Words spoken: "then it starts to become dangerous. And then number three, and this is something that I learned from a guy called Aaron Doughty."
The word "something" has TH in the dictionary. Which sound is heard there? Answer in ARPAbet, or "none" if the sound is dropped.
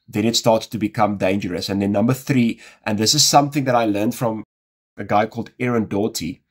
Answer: TH